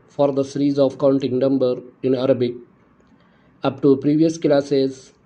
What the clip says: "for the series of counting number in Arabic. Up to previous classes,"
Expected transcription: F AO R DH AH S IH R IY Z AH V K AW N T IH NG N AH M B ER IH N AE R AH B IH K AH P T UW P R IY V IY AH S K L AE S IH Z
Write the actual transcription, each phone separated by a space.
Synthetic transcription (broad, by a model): F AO R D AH S IH R IY Z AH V K AW N T IH NG N AH M B ER IH N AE R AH B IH K AH P T UW P R IY V IY AH S K L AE S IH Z